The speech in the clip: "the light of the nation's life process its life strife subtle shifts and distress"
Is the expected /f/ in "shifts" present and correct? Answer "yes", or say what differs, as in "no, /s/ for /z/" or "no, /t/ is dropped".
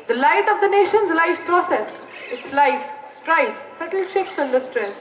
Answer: yes